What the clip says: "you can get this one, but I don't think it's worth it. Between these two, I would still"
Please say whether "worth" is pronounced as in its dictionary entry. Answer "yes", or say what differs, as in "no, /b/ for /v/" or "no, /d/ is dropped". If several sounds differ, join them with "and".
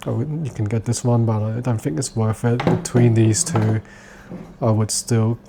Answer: no, /f/ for /θ/